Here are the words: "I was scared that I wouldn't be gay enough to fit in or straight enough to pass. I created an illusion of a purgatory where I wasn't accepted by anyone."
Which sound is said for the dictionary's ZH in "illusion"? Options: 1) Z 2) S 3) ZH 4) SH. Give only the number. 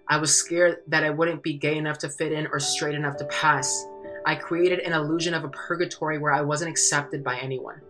3